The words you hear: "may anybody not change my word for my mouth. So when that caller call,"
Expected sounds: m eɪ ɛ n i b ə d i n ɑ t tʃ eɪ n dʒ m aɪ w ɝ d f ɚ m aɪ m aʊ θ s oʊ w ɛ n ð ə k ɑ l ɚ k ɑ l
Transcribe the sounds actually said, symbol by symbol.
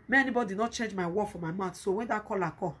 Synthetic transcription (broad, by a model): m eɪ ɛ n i b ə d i n ɑ t tʃ eɪ n dʒ m aɪ w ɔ f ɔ m aɪ m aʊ t s oʊ w ɛ n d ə k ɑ l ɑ k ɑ